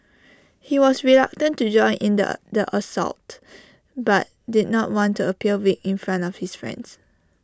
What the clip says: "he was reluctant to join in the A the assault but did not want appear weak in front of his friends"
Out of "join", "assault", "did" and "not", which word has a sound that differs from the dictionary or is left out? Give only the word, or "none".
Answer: none